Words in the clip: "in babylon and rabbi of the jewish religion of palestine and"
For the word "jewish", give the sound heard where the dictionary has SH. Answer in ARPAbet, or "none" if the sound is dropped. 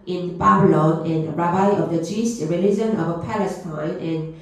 S